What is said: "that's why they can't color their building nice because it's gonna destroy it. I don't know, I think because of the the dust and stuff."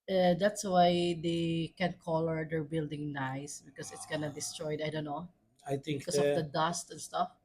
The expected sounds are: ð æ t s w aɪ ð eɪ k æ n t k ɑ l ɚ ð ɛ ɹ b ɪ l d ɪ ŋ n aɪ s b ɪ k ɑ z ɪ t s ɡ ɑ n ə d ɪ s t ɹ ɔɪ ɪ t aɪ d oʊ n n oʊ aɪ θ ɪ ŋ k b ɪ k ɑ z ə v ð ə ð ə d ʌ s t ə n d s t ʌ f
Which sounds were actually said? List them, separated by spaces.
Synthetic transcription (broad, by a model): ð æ t s w aɪ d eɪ k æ n k ɑ l ɚ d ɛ ɹ b ɪ l d ɪ ŋ n aɪ s b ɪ k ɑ s ɪ t s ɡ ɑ n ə d ɪ s t ɹ ɔɪ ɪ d aɪ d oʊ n n oʊ aɪ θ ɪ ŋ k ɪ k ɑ s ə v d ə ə d ʌ s t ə n s t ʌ f